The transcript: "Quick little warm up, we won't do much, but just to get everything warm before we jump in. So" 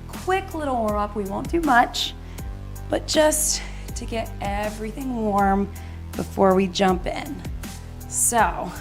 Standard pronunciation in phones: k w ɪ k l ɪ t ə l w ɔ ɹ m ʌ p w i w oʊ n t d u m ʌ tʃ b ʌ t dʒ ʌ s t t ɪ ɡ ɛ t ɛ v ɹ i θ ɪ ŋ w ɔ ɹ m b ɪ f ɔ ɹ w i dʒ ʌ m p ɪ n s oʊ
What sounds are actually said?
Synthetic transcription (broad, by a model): k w ɪ k l ɪ t l w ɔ ɹ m ʌ p w i w oʊ n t d u m ʌ tʃ b ʌ t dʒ ʌ s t t ɪ ɡ ɛ t ɛ v ɹ i θ ɪ ŋ w ɔ ɹ m b ɪ f ɔ ɹ w i dʒ ʌ m p ɪ n s oʊ